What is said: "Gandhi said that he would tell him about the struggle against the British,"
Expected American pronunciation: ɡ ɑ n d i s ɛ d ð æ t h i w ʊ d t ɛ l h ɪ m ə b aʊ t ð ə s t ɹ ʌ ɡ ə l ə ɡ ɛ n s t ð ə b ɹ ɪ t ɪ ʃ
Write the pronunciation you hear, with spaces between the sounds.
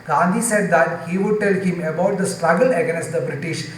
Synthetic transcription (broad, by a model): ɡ ɑ n d i s ɛ d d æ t h i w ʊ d t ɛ l h ɪ m ə b aʊ t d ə s t ɹ ʌ ɡ ə l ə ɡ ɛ s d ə b ɹ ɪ t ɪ ʃ